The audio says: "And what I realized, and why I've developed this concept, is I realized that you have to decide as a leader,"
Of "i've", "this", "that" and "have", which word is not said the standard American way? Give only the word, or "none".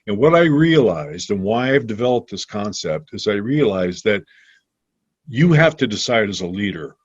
have